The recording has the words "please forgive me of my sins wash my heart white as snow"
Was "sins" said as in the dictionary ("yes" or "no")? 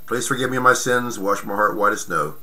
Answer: yes